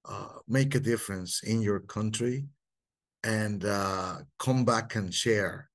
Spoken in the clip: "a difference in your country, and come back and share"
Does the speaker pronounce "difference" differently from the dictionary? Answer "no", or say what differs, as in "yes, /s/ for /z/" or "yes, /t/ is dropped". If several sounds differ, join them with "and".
no